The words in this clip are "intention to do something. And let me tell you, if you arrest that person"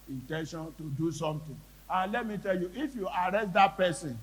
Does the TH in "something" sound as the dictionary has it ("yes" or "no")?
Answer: no